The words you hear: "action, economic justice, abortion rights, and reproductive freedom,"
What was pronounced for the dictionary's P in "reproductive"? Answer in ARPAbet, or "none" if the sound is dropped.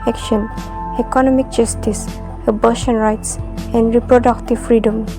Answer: P